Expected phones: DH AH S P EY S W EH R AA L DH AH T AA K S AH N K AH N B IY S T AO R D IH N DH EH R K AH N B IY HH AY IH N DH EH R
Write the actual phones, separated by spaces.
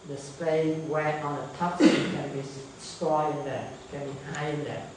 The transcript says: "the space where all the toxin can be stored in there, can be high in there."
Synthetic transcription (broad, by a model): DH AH S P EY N W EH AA N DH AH T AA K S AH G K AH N B IY S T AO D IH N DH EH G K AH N B IY HH AY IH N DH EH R